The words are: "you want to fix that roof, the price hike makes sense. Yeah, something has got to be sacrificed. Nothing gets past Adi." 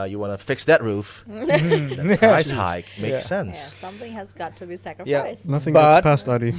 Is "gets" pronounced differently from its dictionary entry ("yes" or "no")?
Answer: yes